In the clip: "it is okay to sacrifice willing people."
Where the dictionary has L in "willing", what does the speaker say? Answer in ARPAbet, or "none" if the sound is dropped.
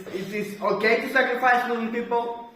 none